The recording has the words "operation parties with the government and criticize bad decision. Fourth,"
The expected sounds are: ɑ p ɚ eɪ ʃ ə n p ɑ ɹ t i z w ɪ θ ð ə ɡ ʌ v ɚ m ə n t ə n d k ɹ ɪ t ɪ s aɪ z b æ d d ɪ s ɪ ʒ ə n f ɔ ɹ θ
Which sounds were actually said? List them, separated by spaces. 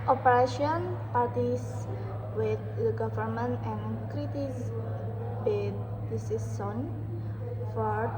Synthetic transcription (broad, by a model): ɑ p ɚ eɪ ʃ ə n p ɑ ɹ t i s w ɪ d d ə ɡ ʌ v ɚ m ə n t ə n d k ɹ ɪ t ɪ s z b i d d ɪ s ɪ s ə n f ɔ ɹ